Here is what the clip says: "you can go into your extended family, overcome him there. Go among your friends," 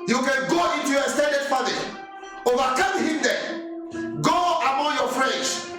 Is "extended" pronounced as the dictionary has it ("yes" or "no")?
no